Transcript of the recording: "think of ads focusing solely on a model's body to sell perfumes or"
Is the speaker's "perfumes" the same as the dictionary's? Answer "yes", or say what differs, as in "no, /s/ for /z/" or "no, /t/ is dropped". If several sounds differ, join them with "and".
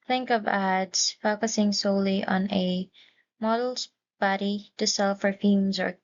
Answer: no, /f/ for /p/